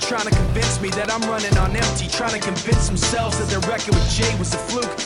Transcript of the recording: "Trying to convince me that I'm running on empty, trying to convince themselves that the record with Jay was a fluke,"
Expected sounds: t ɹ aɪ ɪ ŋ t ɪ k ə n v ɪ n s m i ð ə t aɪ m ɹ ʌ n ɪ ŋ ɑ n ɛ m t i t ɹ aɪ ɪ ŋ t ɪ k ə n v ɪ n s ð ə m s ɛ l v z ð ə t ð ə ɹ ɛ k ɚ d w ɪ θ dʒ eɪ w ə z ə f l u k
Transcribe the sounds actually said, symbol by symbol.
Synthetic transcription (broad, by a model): t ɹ aɪ ɪ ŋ t ɪ k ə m v ɪ n s m i ð ə t aɪ m ɹ ʌ n ɪ ŋ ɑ n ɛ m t i t ɹ aɪ ɪ ŋ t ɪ k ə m v ɪ n s ð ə m s ɛ l v z ð ə t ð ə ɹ ɛ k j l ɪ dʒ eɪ w ə z ə f l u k